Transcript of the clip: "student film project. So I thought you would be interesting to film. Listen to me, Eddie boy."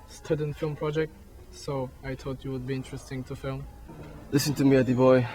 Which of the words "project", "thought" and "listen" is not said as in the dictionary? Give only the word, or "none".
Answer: thought